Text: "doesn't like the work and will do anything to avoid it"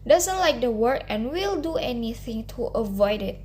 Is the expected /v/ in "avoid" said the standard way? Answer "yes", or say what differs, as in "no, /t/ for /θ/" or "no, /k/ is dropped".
yes